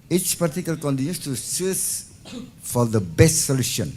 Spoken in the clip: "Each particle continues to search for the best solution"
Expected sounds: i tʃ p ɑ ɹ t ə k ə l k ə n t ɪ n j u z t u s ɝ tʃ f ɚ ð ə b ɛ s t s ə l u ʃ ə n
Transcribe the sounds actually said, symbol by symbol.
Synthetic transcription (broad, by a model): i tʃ p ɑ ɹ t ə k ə l k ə n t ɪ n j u s t u s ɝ s f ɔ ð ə b ɛ s t s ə l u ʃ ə n